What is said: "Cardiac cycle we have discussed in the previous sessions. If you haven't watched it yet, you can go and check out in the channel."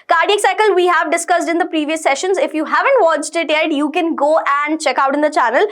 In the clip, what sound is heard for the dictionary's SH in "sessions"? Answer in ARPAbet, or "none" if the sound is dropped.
SH